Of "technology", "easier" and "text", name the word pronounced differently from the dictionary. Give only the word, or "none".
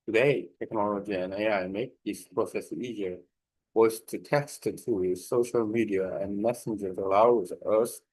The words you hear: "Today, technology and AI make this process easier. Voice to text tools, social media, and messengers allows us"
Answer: text